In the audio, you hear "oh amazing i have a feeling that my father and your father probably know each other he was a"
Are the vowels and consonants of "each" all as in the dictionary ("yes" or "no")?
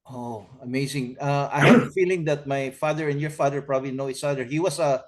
no